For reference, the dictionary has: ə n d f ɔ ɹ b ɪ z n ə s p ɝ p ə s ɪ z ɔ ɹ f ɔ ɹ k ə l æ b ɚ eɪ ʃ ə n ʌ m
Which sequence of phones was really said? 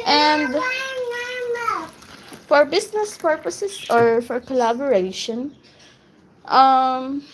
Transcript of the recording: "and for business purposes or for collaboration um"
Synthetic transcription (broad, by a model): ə n d f ɔ ɹ b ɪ s n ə s p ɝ p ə s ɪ s ɔ ɹ f ɔ ɹ k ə l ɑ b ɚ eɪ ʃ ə n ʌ m